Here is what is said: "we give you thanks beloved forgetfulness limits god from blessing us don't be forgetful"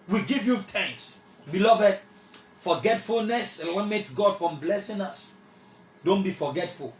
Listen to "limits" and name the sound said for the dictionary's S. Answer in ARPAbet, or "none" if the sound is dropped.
none